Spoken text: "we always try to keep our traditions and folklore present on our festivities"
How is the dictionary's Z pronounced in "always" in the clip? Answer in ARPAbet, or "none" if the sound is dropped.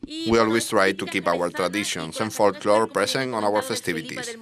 S